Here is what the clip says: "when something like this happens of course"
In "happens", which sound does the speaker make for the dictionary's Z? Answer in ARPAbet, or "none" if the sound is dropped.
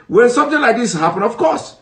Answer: none